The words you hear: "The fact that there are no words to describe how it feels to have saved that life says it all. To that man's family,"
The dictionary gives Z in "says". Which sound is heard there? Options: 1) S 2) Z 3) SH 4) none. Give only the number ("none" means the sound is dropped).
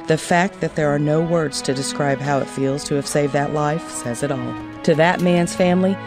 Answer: 2